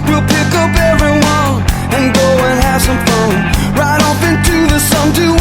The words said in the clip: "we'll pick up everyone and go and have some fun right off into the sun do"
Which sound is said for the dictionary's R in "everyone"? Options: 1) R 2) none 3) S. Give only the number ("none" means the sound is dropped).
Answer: 1